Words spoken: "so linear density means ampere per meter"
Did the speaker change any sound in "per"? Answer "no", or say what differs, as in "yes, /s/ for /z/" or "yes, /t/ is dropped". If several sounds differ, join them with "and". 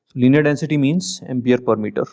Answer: no